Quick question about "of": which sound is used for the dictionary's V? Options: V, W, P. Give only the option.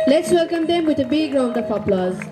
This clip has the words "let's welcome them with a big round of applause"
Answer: P